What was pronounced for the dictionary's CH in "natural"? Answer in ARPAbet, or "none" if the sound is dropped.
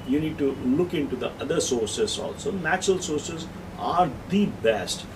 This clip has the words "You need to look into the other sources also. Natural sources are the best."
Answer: CH